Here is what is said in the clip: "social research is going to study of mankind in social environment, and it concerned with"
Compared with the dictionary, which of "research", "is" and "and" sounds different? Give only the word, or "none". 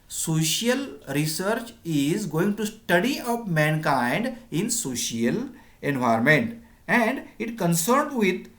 none